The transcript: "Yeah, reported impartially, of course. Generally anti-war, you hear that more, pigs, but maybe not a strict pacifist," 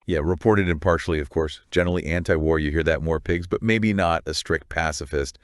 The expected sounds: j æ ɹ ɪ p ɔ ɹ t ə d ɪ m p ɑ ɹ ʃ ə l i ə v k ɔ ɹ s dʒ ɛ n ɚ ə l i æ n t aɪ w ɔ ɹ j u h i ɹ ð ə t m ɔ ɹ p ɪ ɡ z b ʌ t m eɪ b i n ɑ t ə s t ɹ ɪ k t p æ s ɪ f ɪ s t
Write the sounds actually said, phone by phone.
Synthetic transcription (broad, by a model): j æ ɹ ɪ p ɔ ɹ t ə d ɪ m p ɑ ɹ ʃ l i ə v k ɔ ɹ s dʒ ɛ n ɚ l i æ n t aɪ w ɔ ɹ j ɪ h i ɹ ð ə t m ɔ ɹ p ɪ ɡ z b ʌ t m eɪ b i n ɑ t ə s t ɹ ɪ k t p æ s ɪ f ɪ s t